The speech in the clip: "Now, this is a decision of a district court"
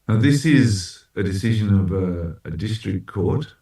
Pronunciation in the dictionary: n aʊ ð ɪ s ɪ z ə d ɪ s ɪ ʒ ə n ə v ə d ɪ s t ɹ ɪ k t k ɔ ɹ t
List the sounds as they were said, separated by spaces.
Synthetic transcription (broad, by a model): n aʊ ð ɪ s ɪ z ə d ɪ s ɪ ʒ ə n ə v ə d ɪ s t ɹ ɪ k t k ɔ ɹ t